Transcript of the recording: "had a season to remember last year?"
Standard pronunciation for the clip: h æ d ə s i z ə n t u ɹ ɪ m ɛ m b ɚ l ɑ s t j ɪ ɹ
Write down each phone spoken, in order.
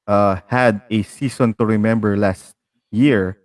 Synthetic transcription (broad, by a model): h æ d ə s i s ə n t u ɹ ɪ m ɛ m b ɚ l ɑ s t j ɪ ɹ